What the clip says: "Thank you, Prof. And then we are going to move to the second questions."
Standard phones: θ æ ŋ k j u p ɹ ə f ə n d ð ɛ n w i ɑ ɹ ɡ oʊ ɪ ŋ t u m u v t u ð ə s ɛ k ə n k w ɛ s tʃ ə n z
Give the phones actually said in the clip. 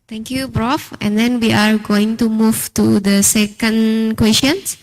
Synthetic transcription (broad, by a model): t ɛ ŋ k j u b ɹ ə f ə n d ɛ n w i ɑ ɹ ɡ oʊ ɪ ŋ t u m u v t u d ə s ɛ k ə n k w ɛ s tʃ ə n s